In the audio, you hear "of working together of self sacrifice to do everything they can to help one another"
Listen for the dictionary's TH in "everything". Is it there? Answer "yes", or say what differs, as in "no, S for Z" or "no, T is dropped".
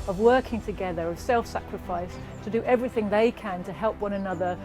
yes